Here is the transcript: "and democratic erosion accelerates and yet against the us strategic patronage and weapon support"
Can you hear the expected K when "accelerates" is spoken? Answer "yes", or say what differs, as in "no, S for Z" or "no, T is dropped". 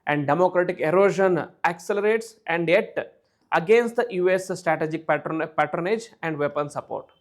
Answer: yes